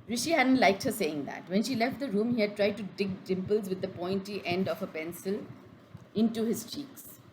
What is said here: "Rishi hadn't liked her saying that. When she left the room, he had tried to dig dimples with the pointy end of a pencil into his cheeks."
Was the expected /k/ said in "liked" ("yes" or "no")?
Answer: yes